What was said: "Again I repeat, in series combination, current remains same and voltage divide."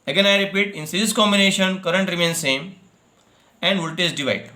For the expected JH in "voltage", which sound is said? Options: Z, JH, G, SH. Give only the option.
Z